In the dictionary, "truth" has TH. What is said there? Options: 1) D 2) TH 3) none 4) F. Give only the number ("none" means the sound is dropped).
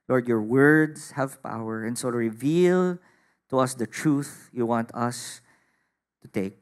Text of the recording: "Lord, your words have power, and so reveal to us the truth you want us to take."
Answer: 2